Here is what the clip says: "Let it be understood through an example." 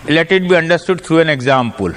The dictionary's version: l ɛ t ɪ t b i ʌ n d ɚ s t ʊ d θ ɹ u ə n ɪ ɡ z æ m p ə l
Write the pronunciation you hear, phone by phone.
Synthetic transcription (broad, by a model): l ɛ t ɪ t b i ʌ n d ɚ s t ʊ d t ɹ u ə n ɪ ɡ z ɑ m p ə l